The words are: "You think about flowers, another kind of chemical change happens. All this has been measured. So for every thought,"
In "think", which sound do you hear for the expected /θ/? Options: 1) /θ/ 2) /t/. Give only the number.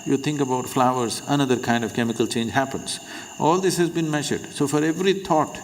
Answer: 2